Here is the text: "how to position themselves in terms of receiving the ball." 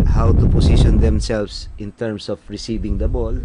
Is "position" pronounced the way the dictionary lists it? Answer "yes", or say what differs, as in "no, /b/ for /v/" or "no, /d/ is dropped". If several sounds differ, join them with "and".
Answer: no, /s/ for /z/